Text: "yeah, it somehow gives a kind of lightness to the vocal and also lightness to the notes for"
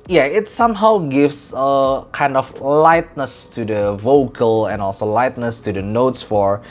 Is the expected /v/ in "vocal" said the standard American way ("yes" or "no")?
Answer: yes